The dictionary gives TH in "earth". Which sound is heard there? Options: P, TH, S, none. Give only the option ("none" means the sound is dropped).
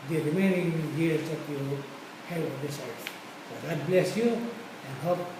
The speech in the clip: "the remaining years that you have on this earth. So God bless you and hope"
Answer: S